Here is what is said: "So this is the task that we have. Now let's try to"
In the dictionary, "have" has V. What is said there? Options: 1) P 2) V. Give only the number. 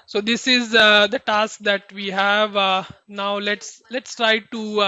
2